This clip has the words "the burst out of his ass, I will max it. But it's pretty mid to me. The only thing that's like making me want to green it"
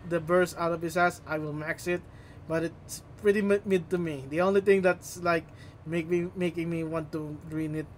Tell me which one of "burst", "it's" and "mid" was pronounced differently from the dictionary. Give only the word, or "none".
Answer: burst